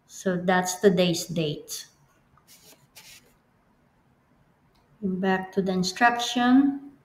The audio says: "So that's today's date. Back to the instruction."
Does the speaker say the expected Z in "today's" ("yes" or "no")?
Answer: no